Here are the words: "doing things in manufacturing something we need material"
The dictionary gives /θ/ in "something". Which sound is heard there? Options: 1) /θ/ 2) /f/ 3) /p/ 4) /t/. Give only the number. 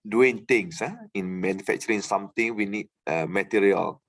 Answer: 4